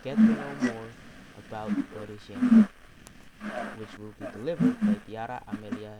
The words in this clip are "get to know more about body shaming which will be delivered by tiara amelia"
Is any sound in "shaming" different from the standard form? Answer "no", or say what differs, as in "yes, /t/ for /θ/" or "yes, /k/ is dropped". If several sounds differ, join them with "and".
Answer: yes, /m/ is dropped